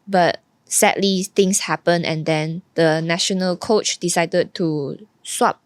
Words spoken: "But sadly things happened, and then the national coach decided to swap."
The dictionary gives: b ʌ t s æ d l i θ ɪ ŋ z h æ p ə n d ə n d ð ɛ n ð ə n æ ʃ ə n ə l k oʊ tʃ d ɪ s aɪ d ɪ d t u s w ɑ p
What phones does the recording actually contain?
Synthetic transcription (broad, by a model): b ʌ t s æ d l i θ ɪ ŋ s h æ p ə n ə n d ɛ n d ə n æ ʃ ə n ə l k oʊ tʃ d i s aɪ d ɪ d t u s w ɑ p